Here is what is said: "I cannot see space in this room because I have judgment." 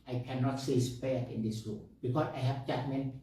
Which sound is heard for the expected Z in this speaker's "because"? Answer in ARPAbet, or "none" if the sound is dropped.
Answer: S